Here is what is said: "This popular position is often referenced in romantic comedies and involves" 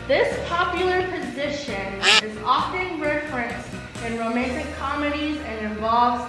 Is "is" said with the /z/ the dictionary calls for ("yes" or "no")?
yes